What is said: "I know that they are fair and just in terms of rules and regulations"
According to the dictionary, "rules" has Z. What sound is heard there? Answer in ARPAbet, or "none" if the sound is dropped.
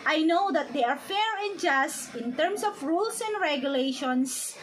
S